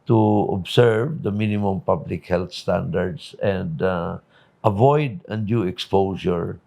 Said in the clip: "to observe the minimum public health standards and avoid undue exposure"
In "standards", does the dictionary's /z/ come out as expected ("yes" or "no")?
no